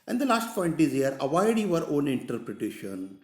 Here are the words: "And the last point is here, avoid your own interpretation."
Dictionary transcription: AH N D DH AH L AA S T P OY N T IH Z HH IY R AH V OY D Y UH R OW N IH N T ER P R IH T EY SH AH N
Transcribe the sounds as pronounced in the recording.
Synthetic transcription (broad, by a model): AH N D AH L AA S T F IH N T IH Z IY R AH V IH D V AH R OW N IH N T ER P R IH T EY SH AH N